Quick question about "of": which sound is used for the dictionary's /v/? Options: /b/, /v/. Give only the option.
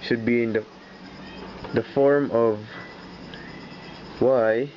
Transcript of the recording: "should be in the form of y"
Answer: /v/